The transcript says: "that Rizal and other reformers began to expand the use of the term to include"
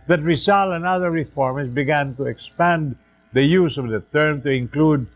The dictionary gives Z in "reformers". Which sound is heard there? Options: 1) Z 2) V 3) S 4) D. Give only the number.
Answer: 3